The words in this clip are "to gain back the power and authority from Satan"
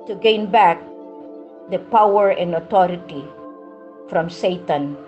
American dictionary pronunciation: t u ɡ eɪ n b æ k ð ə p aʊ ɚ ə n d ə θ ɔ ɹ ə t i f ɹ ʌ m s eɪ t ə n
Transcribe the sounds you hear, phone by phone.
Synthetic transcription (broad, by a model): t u ɡ eɪ n b æ k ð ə p aʊ ɚ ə n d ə t ɔ ɹ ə t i f ɹ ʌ m s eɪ t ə n